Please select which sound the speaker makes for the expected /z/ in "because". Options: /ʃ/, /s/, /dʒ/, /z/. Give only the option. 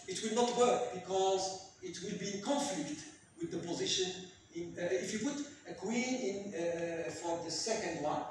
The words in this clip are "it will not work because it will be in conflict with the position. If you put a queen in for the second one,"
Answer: /z/